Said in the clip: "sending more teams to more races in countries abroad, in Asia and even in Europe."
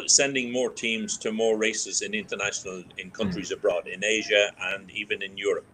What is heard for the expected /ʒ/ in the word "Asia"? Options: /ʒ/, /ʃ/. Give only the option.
/ʒ/